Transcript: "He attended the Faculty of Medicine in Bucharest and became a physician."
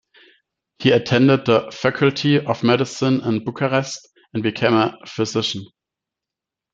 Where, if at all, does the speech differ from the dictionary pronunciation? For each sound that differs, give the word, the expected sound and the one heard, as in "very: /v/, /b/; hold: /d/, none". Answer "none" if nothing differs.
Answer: none